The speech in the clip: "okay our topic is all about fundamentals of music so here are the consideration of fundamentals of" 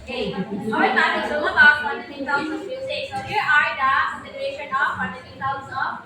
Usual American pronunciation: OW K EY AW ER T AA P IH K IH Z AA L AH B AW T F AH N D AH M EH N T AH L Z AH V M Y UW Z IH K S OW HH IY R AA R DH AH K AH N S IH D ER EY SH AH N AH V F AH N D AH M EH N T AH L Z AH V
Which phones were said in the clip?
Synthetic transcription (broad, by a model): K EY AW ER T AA IH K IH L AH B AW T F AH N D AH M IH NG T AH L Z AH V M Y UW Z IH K S OW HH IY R AA R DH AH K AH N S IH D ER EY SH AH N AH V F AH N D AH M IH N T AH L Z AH